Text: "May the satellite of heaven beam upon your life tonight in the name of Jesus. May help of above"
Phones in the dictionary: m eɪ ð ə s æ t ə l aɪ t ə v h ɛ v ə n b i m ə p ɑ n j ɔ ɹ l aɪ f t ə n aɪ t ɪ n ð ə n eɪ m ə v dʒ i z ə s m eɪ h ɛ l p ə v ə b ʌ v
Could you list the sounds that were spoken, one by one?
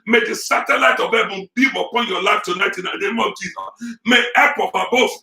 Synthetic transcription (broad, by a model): m eɪ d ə s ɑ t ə l aɪ t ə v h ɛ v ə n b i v ə p ɑ n j ɔ l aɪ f t ə n aɪ t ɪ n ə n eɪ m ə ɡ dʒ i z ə m eɪ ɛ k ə p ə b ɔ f